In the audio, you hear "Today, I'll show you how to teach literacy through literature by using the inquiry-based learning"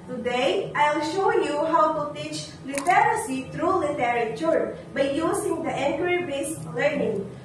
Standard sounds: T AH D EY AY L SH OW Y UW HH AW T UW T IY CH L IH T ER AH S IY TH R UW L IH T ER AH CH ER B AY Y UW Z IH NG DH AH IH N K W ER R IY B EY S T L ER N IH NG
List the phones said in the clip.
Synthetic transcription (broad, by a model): T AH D EY AY L SH OW Y UW HH AW T UW T IY CH L IH T ER AH S IY T R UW L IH T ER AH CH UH B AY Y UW S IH NG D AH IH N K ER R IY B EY S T L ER N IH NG